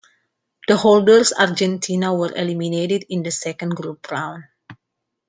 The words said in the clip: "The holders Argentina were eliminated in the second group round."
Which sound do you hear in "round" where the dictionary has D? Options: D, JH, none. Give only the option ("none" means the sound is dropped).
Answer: none